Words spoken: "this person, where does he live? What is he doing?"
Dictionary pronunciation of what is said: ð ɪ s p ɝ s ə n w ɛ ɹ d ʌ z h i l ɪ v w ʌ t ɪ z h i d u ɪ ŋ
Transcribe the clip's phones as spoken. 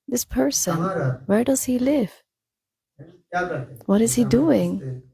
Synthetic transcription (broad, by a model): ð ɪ s p ɝ s ə n w ɛ ɹ d ʌ z h i l ɪ v w ʌ t ɪ z h i d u ɪ ŋ